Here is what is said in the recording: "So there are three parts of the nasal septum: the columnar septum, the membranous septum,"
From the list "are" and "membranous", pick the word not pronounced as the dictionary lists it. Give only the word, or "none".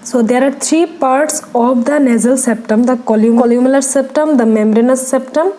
membranous